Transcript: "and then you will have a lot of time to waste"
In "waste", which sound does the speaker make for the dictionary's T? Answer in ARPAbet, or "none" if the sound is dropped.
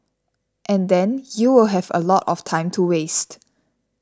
T